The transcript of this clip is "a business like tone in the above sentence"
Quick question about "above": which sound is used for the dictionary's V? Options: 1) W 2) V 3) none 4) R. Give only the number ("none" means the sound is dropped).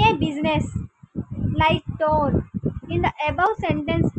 1